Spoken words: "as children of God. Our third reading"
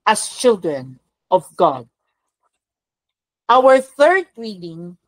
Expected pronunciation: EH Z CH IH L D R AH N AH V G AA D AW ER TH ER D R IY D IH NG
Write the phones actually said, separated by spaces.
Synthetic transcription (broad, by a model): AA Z CH IH L D R AH N AH V G AA D AW ER TH ER D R IY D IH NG